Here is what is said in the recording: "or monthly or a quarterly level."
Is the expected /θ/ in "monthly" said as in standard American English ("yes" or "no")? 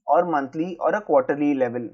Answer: no